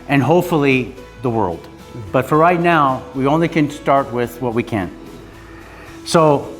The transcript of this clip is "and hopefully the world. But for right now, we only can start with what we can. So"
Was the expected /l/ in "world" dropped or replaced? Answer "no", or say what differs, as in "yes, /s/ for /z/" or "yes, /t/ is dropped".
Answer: no